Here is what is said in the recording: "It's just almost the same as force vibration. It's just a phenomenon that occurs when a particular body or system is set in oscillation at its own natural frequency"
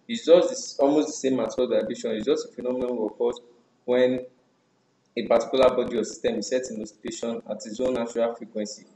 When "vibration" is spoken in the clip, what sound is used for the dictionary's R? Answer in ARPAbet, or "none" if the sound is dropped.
none